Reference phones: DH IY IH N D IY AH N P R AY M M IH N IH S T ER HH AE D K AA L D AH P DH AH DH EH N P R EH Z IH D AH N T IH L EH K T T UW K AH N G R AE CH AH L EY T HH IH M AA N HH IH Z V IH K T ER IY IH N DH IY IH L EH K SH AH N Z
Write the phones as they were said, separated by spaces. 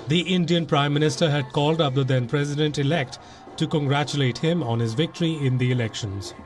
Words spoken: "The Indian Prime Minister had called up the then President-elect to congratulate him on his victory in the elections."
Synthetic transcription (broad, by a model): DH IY IH N D IY AH N P R AY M M IH N IH S T ER HH AE D K AA L D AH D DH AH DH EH N P R EH Z IH D AH N T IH L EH K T T UW K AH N G R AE CH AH L EY T HH IH M AA N HH IH Z V IH K T ER IY IH N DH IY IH L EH K SH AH N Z